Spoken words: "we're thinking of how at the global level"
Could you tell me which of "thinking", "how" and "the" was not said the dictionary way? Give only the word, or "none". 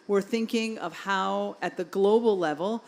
none